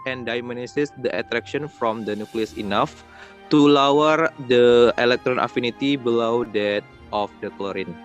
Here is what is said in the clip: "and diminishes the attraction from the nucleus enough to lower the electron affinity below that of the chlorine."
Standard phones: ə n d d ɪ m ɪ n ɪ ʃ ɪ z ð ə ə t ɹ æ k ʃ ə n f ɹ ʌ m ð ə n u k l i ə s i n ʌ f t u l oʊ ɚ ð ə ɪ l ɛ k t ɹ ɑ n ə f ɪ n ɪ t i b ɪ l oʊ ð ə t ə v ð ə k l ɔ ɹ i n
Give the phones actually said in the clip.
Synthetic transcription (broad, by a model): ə n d d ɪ m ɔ n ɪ s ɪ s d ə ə t ɹ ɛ k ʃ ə n f ɹ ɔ m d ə n u k l i ə s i n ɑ f t u l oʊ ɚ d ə ɪ l ɛ k t ɹ ɑ n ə f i n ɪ t i b ɪ l oʊ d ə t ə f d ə k l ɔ ɹ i n